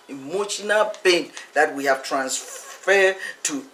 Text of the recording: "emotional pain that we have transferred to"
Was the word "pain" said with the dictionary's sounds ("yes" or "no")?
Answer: no